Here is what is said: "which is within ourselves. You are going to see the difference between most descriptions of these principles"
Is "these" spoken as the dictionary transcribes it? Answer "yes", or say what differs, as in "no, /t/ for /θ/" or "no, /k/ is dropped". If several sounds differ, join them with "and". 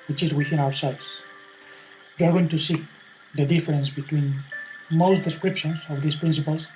no, /s/ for /z/